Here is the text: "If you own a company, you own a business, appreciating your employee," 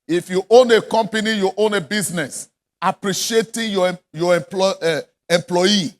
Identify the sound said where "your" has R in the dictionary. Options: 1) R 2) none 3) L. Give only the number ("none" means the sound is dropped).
3